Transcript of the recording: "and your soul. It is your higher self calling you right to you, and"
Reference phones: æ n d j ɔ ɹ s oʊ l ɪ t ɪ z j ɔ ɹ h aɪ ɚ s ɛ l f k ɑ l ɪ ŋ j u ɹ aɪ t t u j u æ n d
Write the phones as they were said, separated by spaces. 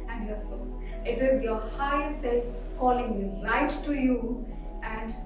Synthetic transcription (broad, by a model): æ n d j ɔ ɹ s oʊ n ɪ t ɪ z j ɔ ɹ h aɪ s ɛ l f k ɑ l ɪ ŋ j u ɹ aɪ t t u j u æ n d